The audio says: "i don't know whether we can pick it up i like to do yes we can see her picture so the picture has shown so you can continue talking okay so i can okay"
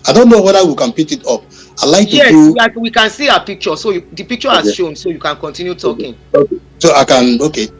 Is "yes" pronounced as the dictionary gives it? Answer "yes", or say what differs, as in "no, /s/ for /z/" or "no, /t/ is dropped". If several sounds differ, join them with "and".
no, /s/ is dropped